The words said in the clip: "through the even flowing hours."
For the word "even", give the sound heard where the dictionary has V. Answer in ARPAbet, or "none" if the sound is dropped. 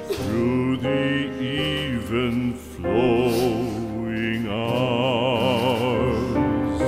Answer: V